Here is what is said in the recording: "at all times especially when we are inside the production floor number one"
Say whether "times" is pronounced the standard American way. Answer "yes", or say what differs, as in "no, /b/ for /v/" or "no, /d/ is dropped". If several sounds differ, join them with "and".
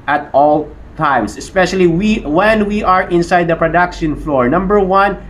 no, /s/ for /z/